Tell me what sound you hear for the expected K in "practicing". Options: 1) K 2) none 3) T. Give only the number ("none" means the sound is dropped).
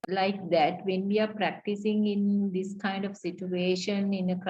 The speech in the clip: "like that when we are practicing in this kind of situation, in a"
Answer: 1